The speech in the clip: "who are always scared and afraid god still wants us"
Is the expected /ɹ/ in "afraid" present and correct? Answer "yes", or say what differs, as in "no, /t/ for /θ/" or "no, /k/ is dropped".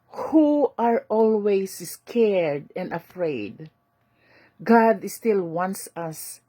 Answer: yes